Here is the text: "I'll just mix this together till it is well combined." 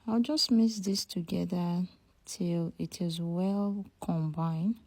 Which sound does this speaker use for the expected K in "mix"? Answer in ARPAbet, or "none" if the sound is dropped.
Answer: none